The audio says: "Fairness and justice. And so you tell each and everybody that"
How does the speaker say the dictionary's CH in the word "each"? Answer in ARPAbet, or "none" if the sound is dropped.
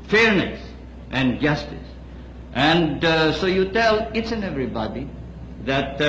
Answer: S